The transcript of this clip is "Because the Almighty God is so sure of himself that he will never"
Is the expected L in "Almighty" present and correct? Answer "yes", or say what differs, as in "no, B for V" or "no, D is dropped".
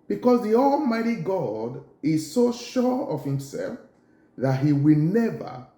yes